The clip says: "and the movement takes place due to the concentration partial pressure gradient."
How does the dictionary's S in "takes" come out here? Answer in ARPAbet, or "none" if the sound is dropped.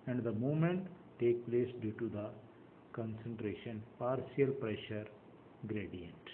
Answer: none